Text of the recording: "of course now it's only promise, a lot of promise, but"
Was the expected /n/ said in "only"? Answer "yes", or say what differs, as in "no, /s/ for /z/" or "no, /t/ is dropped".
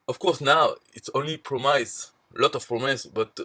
yes